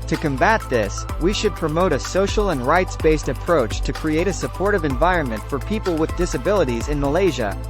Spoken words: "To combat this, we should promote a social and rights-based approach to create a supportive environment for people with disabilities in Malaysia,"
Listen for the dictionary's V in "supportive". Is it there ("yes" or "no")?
yes